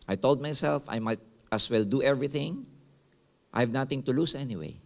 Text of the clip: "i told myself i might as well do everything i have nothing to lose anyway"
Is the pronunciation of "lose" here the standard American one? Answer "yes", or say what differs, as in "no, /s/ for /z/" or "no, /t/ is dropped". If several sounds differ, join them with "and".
no, /s/ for /z/